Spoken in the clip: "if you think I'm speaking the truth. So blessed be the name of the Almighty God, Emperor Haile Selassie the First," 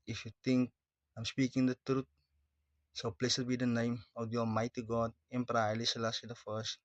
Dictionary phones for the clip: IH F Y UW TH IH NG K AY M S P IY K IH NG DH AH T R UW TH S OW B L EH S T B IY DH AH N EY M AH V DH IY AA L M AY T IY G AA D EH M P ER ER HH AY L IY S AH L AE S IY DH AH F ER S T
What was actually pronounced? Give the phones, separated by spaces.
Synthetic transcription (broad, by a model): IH F Y UW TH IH NG K AY M S P IY K IH NG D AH T R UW T S OW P L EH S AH B IY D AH N EY M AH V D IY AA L M AY T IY G AA D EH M P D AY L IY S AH L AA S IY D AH F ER S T